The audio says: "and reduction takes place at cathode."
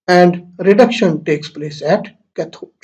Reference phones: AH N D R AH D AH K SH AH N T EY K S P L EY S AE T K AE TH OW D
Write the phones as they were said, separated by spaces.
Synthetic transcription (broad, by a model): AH N D R AH D AH K SH AH N T EY K S P L EY S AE T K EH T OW